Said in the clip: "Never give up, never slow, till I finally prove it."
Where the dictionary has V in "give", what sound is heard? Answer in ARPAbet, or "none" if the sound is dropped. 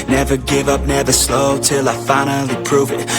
V